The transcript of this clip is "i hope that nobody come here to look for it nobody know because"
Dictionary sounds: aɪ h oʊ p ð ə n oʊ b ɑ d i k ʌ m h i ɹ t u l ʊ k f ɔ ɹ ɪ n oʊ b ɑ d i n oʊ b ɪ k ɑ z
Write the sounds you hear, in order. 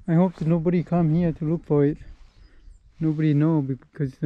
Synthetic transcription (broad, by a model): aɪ h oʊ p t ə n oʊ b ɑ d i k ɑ m h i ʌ t u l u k p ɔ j n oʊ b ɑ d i n oʊ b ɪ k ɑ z